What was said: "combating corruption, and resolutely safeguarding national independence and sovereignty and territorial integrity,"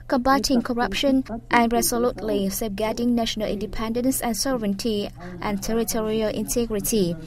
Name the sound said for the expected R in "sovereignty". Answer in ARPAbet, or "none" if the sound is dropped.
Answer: none